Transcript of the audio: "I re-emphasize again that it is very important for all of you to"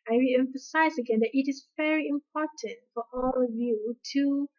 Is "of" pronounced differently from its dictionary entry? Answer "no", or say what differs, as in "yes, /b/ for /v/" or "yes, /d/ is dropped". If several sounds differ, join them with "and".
no